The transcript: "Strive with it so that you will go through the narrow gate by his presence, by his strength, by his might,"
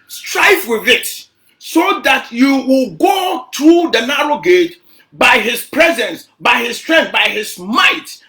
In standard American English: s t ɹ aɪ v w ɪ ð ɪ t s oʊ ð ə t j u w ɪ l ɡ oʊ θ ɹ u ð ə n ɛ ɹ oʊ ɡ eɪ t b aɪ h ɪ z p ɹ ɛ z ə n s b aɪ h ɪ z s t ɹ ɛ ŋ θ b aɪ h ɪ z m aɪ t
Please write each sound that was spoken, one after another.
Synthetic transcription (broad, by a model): s t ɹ aɪ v w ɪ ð ɪ t s oʊ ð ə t j u w ɪ l ɡ oʊ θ ɹ u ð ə n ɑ ɹ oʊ ɡ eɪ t b aɪ h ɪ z p ɹ ɛ z ə n s b aɪ h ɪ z s t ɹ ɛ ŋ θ b aɪ h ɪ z m aɪ t